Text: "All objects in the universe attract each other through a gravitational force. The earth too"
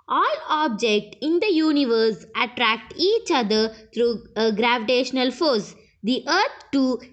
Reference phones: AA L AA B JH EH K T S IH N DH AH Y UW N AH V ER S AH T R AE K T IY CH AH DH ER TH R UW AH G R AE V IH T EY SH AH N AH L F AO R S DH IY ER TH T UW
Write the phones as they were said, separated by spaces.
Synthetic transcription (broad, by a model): AA L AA B JH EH K T IH N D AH Y UW N AH V ER S AH T R AE K T IY CH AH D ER T R UW AH G R AE V IH T EY SH AH N AH L F AO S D IY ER T T UW